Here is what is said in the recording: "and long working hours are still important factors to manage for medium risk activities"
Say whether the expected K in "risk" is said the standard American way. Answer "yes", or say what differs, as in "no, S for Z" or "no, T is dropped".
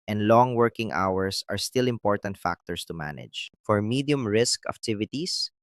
yes